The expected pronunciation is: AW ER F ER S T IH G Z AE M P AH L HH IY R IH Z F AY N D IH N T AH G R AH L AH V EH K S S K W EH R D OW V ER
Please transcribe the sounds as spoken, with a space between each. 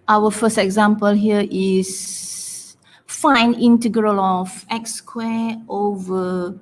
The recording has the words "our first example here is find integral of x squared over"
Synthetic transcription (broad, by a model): AW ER F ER S T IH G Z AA M P AH L HH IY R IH S F AY N IH N T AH G R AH L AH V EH K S S K W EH OW V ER